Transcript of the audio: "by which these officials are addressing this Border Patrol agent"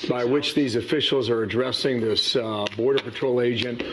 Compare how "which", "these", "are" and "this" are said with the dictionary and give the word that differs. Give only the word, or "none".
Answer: none